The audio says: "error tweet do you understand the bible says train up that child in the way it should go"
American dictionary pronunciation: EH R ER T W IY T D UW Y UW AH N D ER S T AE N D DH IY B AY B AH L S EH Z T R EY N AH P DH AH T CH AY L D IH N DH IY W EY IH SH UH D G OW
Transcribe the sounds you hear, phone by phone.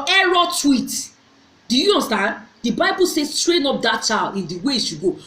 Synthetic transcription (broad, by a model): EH R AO T W IY T D UW Y UW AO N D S T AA N D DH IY B AY B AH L S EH S T R EY N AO P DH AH T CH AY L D IH N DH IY W EY IH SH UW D G OW